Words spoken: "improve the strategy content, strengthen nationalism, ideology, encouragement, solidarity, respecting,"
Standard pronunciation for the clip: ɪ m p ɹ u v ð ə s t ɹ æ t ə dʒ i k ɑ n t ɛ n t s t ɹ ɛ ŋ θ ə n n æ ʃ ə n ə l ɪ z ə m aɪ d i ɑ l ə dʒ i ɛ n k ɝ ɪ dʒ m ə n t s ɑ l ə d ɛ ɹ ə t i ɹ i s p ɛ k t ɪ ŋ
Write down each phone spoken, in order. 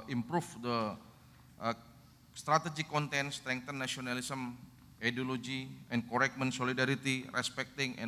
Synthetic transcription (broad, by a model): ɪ m p ɹ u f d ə s t ɹ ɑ t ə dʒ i k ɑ n t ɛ n s t ɹ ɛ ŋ t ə n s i ə n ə l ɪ s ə m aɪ d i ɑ l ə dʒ i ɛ n k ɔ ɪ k m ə n s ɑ l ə d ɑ ɹ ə t i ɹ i s p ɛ k t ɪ ŋ